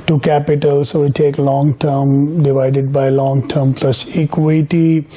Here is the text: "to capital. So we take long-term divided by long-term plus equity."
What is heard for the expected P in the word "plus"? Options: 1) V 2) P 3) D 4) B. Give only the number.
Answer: 2